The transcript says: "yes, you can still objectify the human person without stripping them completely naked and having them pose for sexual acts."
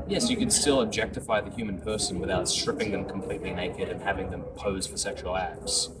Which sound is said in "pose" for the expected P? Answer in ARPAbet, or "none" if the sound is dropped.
P